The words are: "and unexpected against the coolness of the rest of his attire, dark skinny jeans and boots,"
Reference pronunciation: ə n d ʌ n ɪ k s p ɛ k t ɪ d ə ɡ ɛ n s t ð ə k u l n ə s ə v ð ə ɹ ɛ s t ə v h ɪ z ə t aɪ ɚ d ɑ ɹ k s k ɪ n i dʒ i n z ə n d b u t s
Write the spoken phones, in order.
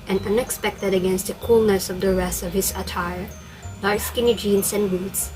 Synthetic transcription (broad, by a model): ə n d ʌ n ɪ k s p ɛ k t ɪ d ə ɡ ɛ n s t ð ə k u l n ə s ə v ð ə ɹ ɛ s ə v h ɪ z ə t aɪ ɚ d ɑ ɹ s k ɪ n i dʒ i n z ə n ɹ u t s